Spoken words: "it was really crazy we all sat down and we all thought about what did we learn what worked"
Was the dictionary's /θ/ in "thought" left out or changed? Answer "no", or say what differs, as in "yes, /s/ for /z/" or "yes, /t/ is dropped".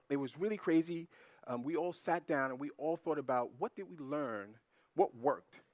no